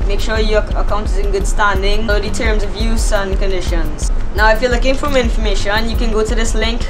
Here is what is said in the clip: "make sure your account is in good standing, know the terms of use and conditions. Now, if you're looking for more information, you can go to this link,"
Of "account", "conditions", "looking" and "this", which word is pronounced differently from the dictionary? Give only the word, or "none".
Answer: none